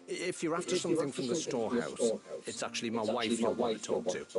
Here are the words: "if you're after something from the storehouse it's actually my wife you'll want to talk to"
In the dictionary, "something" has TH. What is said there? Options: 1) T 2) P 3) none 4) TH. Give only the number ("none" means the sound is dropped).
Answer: 4